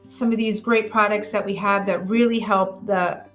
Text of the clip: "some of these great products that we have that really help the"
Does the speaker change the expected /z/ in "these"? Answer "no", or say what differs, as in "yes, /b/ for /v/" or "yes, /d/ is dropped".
no